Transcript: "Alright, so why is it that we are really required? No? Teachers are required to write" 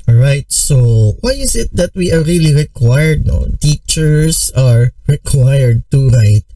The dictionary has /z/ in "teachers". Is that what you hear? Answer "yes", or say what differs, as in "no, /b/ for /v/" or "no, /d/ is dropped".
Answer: no, /s/ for /z/